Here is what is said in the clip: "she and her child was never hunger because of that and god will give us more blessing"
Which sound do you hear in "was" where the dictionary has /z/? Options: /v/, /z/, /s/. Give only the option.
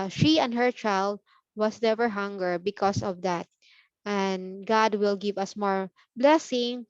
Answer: /s/